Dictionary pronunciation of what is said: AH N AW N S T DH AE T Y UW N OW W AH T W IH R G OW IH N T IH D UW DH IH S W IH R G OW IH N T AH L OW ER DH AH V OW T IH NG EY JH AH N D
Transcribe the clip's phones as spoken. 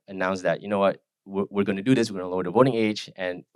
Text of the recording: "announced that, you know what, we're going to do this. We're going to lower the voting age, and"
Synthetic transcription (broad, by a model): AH N AW N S DH AE T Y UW N OW W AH T W IH R G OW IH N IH D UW DH IH S W IH R G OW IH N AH L OW ER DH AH V OW T IH NG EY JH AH N